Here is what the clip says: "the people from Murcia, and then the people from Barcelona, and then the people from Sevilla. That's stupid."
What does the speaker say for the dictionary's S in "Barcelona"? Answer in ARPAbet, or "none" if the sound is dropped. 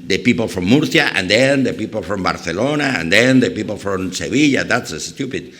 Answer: TH